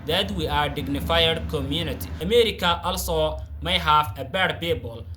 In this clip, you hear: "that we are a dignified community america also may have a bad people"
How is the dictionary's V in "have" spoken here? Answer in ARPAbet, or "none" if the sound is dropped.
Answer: F